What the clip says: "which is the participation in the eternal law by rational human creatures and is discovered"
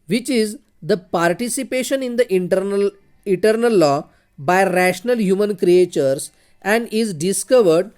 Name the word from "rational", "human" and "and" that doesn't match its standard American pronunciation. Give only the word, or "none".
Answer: none